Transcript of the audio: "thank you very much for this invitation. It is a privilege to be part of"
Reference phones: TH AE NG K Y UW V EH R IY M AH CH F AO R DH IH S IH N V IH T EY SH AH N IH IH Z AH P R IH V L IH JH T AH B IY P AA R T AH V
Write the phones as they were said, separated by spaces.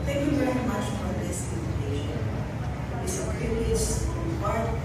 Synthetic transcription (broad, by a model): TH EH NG K Y UW V EH R IY M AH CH F AO R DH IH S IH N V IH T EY AH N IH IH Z AH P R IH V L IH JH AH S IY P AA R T